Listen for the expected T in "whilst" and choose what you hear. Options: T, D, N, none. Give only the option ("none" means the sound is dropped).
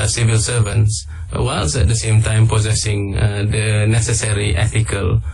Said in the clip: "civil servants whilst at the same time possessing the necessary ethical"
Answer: none